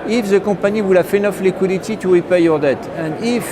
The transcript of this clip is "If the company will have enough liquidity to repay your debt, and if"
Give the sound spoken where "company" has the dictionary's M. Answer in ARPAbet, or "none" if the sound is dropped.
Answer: none